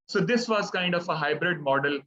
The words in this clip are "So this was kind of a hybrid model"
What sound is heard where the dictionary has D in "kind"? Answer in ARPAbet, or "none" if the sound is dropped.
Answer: D